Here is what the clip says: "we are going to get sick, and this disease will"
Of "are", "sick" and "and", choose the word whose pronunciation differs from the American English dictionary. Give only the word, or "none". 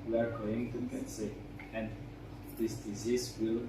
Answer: sick